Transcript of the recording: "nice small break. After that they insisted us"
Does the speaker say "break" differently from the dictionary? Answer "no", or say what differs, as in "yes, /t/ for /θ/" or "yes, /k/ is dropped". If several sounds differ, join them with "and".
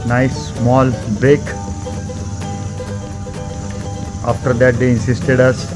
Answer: yes, /ɹ/ is dropped